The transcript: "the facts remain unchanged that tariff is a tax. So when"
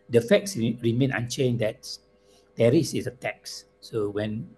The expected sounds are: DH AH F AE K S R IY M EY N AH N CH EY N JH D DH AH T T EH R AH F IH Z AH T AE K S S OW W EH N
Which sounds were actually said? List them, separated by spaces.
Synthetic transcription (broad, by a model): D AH F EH K S R IY M EY N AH N CH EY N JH D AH T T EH R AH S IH S AH T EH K S S OW W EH N